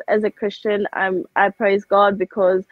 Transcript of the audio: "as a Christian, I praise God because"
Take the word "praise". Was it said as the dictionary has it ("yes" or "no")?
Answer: yes